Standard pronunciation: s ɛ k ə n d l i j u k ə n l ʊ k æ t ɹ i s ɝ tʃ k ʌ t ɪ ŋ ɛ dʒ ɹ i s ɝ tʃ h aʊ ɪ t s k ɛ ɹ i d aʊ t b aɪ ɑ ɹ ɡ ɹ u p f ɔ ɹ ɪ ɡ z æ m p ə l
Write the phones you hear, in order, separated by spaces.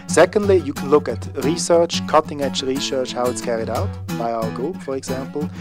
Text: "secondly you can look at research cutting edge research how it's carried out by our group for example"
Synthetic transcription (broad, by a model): s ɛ k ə n d l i j u k ə n l ʊ k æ t ɹ i s ɝ tʃ k ʌ t ɪ ŋ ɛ tʃ ɹ i s ɝ tʃ h aʊ ɪ t s k ɛ ɹ i d aʊ t b aɪ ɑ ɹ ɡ u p f ɔ ɹ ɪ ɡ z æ m p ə l